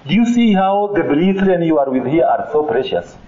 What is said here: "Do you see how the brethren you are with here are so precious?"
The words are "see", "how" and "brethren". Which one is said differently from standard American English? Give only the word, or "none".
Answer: brethren